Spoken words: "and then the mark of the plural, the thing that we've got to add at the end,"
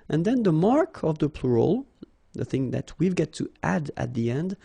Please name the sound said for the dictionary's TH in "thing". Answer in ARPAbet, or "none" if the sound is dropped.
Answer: TH